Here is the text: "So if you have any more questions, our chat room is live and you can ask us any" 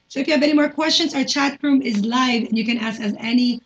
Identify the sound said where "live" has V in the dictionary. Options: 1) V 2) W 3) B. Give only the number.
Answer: 1